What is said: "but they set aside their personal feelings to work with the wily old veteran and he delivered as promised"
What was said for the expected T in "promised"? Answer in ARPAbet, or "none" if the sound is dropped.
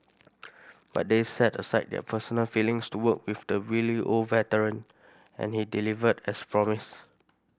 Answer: none